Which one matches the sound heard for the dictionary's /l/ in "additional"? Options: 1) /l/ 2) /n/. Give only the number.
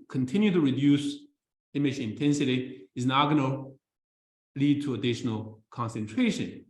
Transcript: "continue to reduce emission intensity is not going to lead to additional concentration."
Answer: 1